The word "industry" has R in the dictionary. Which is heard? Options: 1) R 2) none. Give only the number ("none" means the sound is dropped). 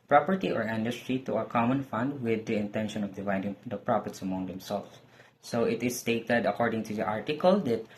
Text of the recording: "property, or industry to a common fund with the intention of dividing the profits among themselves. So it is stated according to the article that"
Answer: 1